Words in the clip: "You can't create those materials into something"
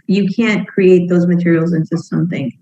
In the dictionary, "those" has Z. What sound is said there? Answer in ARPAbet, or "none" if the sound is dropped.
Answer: Z